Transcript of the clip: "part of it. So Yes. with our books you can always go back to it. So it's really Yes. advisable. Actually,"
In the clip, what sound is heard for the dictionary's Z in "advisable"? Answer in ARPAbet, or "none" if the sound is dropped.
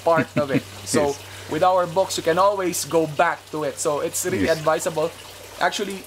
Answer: S